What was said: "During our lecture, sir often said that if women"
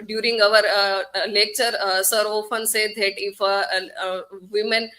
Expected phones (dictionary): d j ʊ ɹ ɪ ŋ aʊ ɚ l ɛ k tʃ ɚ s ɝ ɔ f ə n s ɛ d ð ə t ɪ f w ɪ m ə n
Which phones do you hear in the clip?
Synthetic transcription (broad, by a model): d j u ɹ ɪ ŋ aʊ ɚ l ɛ k tʃ ɚ s ɝ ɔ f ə n s ɛ d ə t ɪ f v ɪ m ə n